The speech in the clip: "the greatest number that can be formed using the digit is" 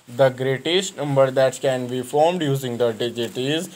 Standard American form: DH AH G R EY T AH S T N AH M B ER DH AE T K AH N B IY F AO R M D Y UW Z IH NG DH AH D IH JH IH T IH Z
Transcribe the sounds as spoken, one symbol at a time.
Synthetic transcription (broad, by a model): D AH G R EY T AH S T N AH M B ER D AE T K AH N B IY F AO R M D Y UW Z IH NG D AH D IH JH IH T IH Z